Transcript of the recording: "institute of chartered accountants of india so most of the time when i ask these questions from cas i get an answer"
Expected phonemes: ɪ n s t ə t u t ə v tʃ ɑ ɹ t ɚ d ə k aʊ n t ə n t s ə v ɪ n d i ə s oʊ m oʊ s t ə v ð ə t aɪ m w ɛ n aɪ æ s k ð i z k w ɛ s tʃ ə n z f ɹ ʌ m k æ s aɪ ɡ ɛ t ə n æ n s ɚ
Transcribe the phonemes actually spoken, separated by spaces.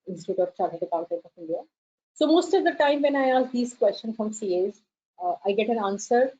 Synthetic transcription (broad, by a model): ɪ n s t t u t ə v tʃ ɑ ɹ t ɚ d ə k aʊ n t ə t ə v ɪ n d i ə s oʊ m oʊ s t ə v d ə t aɪ m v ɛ n aɪ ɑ s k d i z k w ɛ s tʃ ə n f ɹ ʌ m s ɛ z aɪ ɡ ɛ t ə n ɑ n s ɚ